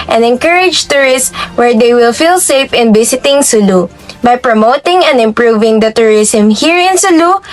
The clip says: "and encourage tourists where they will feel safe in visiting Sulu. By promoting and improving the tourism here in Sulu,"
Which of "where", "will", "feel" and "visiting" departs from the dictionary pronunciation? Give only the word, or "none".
visiting